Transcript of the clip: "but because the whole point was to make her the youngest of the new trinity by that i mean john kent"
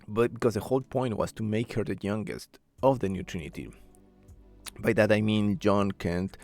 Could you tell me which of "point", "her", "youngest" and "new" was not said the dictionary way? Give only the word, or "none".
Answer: none